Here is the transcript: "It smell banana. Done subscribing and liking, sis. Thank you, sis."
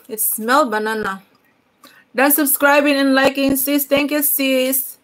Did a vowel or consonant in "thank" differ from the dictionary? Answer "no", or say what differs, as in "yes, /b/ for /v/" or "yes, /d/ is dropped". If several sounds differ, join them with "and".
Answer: yes, /t/ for /θ/